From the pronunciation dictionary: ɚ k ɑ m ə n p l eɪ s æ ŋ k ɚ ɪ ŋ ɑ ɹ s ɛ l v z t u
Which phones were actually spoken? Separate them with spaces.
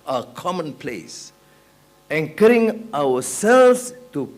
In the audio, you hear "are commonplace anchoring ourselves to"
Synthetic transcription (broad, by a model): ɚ k ɑ m ə n p l eɪ s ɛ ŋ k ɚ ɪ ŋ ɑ w s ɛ l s t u